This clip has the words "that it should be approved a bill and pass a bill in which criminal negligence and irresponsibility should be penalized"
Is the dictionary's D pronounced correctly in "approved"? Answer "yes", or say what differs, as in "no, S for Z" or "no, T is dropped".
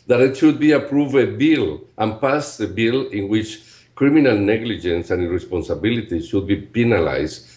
no, D is dropped